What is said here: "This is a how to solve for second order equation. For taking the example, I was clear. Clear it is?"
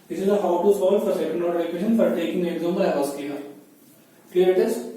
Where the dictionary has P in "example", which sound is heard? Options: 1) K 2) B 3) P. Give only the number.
2